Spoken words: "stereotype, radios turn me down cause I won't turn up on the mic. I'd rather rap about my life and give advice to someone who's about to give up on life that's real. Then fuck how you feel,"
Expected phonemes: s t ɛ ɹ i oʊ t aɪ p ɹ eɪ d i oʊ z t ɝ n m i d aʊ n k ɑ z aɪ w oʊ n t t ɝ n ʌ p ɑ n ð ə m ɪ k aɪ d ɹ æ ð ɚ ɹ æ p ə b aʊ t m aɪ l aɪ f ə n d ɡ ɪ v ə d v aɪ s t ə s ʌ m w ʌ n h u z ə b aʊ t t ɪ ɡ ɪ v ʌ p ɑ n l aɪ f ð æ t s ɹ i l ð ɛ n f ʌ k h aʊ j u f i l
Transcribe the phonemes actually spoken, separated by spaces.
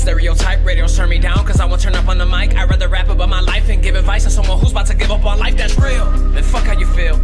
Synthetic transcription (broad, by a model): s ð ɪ ɹ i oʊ t aɪ p ɹ eɪ d i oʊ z t ɝ n m i d aʊ n k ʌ z aɪ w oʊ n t t ɝ n ʌ p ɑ n ð ə m ɪ k aɪ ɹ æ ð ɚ ɹ æ p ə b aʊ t m aɪ l aɪ f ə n ɡ ɪ v ə d v aɪ s t ə s ʌ m w ʌ n h u z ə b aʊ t t ɪ ɡ ɪ v ʌ p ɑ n l aɪ f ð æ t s ɹ i l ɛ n f ʌ k h aʊ j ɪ f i l